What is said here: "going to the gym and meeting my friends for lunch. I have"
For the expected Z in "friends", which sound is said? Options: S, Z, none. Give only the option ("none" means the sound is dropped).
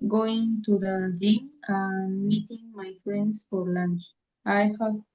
S